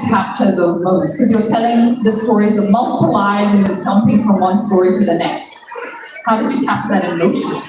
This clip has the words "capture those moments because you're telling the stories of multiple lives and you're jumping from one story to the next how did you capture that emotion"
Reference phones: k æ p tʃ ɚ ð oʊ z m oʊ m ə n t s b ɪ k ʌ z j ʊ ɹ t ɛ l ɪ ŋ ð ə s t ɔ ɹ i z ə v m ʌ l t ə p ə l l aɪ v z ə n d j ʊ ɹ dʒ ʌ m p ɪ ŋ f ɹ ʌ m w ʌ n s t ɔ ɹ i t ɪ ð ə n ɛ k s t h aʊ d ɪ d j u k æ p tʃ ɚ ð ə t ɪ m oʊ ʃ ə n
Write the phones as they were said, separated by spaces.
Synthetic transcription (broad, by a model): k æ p tʃ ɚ ð oʊ z m oʊ m ə n t s k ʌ z j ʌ ɹ t ɛ l ɪ ŋ ð ə s t ɔ ɹ i z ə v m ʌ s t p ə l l aɪ z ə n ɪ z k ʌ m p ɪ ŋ f ɹ ʌ m w ʌ n s t ɔ ɹ i t ɪ ð ə n ɛ k s t h aʊ d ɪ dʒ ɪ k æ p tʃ ð ə t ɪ m oʊ ʃ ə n